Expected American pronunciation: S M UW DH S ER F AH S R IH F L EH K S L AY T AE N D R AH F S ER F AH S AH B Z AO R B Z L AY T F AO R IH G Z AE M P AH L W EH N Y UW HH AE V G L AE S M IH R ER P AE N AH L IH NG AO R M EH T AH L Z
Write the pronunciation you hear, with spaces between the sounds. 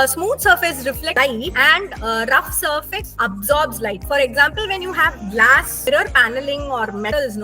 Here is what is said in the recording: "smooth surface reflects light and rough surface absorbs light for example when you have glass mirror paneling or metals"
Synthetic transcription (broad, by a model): S M UW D S ER F AH S R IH F L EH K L AY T AE N D R AH F S ER F AH S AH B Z AO R B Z L AY T F AO R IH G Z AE M P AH L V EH N Y UW HH AE V G L AE S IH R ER P AE N AH L IH NG AO R M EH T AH L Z